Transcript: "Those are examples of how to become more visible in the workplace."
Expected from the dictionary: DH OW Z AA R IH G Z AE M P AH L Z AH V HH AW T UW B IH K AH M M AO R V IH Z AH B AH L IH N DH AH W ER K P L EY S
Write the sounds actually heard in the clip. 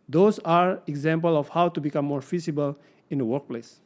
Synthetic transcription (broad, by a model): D OW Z AA R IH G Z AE M P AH L AH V HH AW T UW B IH K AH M M AO R F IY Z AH B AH L IH N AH W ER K P L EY S